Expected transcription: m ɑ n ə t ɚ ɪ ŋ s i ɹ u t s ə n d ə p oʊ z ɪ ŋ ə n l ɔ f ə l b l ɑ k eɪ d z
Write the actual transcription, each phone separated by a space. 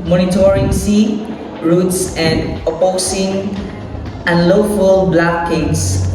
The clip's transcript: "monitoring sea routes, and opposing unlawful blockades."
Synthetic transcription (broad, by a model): m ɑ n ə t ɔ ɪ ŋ s i ɹ u t s ə n d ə p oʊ s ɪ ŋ ə n l ɔ f ə l b l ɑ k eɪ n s